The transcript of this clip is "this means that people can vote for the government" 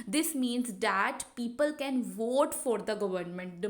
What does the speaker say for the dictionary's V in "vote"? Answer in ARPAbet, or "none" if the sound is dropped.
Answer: V